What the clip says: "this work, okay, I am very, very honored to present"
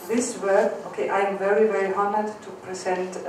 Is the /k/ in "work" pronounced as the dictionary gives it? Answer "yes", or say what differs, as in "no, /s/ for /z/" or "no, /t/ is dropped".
no, /k/ is dropped